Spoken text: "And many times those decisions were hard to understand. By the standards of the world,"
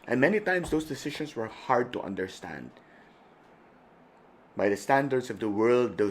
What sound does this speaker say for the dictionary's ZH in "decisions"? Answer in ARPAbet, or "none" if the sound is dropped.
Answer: SH